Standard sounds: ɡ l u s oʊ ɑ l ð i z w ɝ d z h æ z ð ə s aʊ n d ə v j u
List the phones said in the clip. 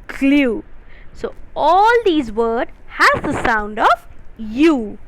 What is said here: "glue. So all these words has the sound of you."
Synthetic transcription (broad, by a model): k l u s oʊ ɑ l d i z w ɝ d h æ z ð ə s aʊ n d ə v j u